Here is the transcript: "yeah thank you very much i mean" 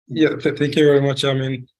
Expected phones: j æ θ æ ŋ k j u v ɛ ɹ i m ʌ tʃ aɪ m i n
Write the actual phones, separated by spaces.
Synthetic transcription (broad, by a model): j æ θ æ ŋ k j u v ɛ ɹ i m ʌ tʃ aɪ m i n